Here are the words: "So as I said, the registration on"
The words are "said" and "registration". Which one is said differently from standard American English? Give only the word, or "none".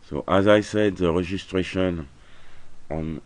registration